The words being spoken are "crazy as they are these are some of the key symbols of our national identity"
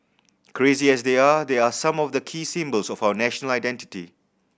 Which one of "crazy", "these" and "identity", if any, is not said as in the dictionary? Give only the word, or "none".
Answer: these